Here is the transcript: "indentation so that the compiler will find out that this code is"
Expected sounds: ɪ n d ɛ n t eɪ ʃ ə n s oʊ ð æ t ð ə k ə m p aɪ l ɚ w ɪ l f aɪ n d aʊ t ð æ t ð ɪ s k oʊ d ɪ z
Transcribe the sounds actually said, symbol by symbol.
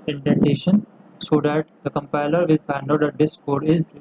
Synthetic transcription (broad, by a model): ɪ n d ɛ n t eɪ ʃ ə n s oʊ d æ t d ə k ə m p aɪ l ɚ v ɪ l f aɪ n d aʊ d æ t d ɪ s k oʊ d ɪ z